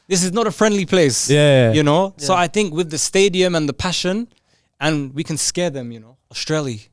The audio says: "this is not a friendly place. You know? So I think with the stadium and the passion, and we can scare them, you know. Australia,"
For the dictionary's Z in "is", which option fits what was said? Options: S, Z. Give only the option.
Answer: Z